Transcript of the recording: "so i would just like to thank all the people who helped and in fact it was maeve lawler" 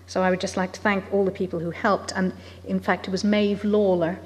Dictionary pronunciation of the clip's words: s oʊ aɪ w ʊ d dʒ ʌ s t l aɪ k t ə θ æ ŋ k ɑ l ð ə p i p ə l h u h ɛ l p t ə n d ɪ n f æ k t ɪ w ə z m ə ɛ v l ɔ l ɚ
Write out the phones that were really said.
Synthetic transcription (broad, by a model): s oʊ aɪ w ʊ d dʒ ʌ s t l aɪ k t ə θ æ ŋ k ɑ l ð ə p i p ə l h u h ɛ l p t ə n ɪ n f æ k t ɪ w ə z m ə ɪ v l ɔ l ɚ